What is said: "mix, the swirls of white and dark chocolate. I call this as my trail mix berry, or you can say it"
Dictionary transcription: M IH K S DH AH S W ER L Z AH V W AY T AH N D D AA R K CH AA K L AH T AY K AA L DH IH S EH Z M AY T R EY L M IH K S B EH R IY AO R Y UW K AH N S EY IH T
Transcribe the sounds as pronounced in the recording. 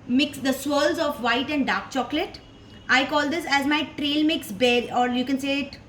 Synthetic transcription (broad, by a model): M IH K S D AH S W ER L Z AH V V AY T AH N D D AA R K CH AA K L AH T AY K AA L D IH S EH Z M AY T R EY L M IH K S B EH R AO R Y UW K AH N S EY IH T